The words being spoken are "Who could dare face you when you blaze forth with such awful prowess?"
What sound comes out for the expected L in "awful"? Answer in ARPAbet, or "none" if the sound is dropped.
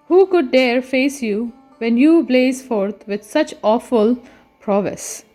L